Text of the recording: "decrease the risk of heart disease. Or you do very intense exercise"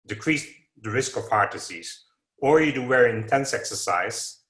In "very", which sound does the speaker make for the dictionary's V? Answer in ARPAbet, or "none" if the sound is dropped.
W